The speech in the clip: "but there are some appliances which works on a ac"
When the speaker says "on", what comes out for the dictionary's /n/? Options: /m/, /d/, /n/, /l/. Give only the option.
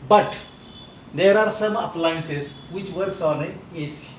/l/